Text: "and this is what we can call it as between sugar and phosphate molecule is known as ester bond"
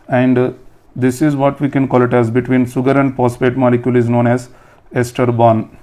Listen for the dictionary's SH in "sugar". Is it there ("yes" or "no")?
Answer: no